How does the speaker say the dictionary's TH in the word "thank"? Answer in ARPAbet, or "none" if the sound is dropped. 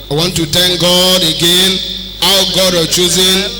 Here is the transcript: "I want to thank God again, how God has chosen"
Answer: T